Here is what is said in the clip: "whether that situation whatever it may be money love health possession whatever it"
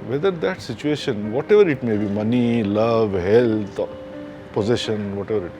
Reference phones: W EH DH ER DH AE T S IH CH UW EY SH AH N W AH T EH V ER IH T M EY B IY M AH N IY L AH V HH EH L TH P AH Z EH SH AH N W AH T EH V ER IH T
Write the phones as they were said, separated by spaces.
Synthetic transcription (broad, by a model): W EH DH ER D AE T S IH CH UW EY SH AH N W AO T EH V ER IH T M EY B IY M AH N IY L AH V HH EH L T P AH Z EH SH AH N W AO T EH V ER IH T